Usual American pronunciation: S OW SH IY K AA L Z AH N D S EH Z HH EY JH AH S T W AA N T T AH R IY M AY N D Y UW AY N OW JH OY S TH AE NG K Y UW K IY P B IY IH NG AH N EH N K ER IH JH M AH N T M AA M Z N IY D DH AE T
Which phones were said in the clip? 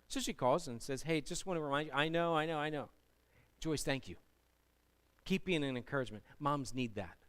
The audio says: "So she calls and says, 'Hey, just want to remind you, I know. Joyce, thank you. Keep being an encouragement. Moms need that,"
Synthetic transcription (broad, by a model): S OW SH IY K AA L Z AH N S EH Z HH EY JH AH S T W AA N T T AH R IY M AY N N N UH AY N OW JH OY S TH AE NG K Y UW K IY P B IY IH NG AH N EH N K ER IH JH M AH N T M AA M Z N IY D DH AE T